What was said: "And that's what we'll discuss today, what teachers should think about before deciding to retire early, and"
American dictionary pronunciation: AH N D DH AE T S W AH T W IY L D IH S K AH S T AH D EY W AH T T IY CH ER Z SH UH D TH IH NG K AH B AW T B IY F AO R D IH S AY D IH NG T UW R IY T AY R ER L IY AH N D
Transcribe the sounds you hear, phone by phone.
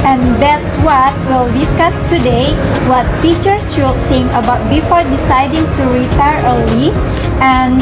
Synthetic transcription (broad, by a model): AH N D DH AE T S W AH T W IY L D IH S K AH S T AH D EY W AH T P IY CH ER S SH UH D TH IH NG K AH B AW T B IY F AO R D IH S AY D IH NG T UW R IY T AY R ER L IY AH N